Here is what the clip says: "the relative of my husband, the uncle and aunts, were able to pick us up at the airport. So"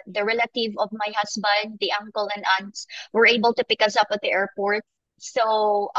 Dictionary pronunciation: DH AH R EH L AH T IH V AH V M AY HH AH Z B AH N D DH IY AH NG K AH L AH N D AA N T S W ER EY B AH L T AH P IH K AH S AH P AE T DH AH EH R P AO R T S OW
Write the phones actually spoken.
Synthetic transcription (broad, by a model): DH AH R EH L AH T IH V AH V M AY HH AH S B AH N D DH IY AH NG K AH L AH N D AA N T S W ER EY B AH L T AH P IH K AH S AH P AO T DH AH EH R P AO R T S OW